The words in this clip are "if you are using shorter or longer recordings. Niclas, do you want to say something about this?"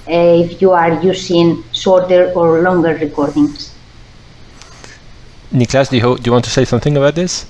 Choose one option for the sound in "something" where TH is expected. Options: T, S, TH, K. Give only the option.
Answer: TH